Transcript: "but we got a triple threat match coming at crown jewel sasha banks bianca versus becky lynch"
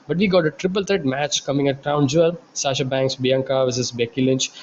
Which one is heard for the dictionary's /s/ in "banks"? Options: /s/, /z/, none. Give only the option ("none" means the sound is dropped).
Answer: /s/